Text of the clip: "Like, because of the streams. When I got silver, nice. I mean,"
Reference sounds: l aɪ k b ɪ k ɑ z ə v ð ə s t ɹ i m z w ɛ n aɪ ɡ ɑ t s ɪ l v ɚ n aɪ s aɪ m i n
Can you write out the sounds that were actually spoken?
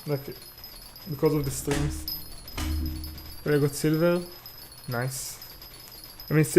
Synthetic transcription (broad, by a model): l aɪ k b ɪ k ɑ z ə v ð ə s t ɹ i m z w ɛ l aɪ ɡ ɑ t s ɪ l v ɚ n aɪ s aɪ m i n